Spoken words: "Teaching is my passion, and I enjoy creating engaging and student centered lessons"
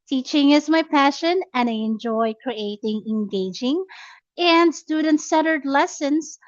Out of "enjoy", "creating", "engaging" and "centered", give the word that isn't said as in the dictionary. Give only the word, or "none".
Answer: centered